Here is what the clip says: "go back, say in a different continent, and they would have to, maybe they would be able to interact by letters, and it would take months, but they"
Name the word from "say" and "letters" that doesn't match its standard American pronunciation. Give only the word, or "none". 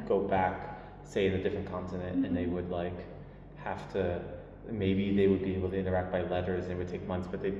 none